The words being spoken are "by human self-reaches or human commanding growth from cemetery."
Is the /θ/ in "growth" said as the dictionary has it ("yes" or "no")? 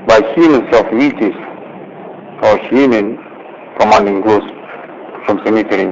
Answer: no